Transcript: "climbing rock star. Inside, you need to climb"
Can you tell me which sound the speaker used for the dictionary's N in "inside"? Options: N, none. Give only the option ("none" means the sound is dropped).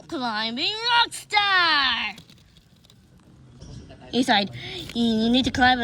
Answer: none